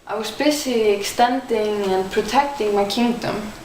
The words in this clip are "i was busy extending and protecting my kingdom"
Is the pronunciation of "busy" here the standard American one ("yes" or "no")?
no